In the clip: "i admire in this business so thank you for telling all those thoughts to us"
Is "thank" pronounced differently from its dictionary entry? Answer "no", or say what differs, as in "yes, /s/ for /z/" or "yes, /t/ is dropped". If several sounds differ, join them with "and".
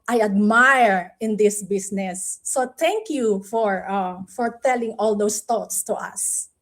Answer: yes, /t/ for /θ/